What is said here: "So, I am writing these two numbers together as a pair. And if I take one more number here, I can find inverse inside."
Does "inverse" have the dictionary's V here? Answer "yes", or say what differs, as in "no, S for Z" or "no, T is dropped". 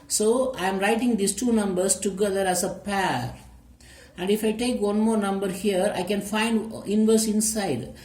yes